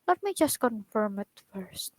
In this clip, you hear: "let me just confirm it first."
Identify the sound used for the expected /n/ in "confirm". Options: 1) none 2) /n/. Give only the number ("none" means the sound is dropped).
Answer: 2